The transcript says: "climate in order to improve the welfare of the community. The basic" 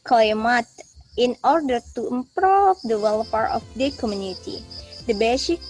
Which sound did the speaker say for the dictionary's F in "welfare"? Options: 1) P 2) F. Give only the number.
1